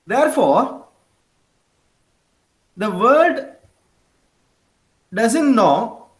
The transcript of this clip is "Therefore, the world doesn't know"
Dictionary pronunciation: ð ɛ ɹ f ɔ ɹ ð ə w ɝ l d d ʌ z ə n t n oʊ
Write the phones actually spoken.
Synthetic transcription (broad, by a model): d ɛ ɹ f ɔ ɹ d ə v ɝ d d ʌ z ə n t n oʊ